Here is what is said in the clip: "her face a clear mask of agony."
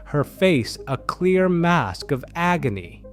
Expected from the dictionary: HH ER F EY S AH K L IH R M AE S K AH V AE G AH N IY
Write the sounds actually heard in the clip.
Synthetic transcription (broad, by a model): HH ER F EY S AH K L IH R M AE S K AH V AE G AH N IY